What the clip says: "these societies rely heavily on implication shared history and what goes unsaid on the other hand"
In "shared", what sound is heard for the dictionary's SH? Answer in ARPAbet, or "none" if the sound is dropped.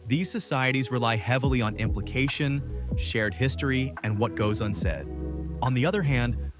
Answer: SH